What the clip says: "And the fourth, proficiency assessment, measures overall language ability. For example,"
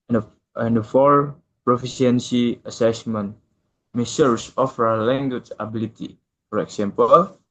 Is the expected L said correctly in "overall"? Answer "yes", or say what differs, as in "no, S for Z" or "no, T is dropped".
no, W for L